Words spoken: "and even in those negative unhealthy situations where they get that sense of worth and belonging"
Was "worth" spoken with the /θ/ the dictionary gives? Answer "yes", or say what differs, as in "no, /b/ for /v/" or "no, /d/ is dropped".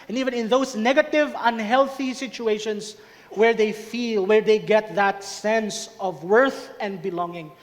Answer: yes